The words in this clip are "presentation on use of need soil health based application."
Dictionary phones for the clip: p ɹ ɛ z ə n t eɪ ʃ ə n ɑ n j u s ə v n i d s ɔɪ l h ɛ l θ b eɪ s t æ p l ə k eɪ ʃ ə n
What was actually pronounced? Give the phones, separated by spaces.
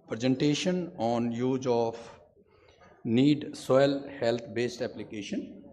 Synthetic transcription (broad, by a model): p ɹ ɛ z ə n t eɪ ʃ ə n ɑ n j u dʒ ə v n i d s ɔɪ l h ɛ l t b eɪ s t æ p l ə k eɪ ʃ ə n